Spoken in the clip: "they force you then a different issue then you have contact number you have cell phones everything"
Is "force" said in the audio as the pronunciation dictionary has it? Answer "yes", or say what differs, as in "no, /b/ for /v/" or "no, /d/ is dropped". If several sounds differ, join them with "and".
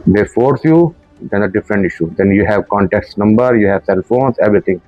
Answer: yes